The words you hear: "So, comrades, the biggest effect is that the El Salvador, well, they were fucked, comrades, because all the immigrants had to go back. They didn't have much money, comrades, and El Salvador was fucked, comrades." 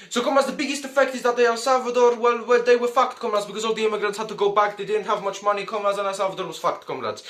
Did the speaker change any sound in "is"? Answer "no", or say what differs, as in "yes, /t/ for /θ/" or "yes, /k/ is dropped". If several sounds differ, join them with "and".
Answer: no